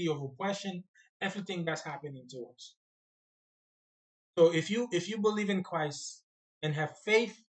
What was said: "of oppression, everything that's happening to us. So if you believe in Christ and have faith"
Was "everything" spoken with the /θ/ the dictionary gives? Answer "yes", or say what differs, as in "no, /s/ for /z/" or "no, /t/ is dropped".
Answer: yes